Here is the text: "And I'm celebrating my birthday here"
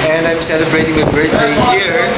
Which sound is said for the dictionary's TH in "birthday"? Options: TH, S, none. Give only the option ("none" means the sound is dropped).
S